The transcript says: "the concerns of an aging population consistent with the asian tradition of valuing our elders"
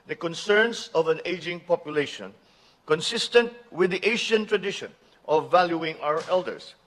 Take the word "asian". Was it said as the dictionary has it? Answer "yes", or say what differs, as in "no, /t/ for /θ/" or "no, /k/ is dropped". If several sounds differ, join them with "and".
no, /ʃ/ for /ʒ/